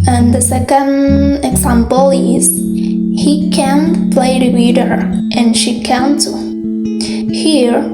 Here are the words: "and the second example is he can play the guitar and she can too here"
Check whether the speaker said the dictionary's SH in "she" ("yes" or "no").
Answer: yes